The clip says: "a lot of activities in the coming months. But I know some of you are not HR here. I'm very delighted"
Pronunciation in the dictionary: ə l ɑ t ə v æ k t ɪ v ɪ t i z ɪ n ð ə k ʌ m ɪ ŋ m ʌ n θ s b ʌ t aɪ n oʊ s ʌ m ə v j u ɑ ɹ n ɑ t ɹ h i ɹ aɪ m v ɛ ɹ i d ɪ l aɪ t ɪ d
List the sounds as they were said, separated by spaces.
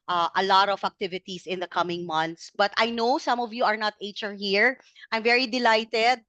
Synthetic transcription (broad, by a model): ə l ɑ t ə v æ k t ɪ v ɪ t i s ɪ n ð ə k ʌ m ɪ ŋ m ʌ n t s b ʌ t aɪ n oʊ s ʌ m ə v j u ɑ ɹ n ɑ t ɹ h i ɹ aɪ m v ɛ ɹ i d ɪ l aɪ t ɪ d